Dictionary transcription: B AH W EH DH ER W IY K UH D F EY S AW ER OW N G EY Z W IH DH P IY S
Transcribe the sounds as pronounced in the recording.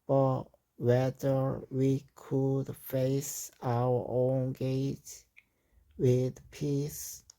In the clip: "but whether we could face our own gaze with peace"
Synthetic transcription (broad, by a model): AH W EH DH ER W IY K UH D F EY S AW ER OW N G EY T W IH DH P IY S